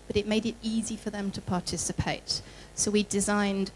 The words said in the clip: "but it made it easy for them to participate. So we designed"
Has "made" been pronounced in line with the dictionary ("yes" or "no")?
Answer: yes